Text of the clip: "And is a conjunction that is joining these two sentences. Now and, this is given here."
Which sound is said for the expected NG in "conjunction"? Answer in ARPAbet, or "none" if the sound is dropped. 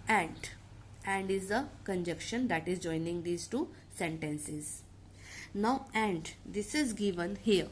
none